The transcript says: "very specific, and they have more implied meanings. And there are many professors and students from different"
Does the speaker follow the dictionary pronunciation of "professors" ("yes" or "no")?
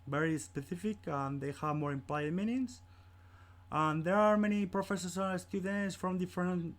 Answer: no